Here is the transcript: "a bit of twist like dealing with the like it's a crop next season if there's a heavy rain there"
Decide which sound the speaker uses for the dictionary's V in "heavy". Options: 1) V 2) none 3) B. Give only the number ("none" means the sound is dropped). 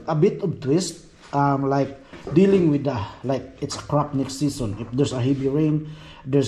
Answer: 3